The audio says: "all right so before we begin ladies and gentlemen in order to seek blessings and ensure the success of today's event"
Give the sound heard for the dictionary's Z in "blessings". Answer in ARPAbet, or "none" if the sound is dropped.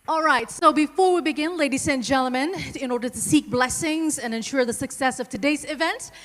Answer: Z